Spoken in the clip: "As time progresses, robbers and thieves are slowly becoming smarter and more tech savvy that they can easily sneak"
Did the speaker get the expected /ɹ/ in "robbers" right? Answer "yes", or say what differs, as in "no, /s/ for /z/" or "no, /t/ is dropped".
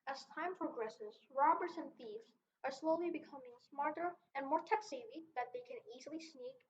yes